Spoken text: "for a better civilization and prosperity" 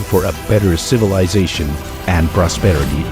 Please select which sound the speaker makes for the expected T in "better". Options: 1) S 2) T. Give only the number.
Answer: 2